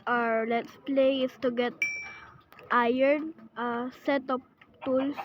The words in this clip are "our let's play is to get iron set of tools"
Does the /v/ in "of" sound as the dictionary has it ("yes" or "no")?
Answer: no